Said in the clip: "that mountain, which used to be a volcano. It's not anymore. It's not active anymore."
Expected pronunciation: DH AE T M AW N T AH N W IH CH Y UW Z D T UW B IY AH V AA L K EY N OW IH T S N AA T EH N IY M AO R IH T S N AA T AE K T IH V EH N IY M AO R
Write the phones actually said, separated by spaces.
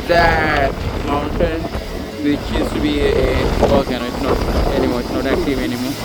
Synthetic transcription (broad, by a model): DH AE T M AW N T AH N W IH CH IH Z T UW B IY AH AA K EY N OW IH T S N AA T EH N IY M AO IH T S N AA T AE K T IH V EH N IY M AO